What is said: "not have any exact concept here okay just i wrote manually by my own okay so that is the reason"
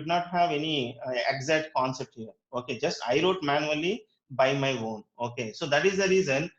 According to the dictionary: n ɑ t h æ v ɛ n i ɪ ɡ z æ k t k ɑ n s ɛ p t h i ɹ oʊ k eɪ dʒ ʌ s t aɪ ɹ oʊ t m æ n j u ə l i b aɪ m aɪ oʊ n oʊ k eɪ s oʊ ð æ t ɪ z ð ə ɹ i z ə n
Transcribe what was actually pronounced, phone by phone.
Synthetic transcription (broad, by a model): n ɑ t h æ v ɛ n i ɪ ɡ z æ t k ɑ n s ɛ p t h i ɹ oʊ k eɪ dʒ ʌ s t aɪ ɹ oʊ t m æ n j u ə l i b aɪ m aɪ oʊ n oʊ k eɪ s oʊ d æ t ɪ z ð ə ɹ i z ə n